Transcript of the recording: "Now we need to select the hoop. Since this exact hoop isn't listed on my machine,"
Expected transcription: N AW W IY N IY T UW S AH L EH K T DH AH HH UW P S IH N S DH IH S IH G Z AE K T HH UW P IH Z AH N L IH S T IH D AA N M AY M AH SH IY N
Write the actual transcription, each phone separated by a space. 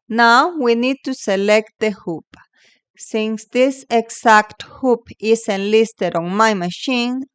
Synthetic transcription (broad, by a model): N AW W IY N IY T UW S AH L EH K T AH HH UW P S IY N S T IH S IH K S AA K T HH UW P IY S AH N L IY S T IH D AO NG M AY M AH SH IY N